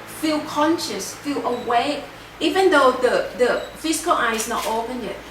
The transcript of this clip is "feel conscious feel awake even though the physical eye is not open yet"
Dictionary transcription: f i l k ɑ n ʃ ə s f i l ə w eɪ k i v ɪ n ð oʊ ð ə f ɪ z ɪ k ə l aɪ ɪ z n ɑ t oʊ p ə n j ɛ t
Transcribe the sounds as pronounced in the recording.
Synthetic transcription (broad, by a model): f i l k ɑ n ʃ ə s f i l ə w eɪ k i v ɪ n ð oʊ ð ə f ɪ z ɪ k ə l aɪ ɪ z n ɑ t oʊ p ə n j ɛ t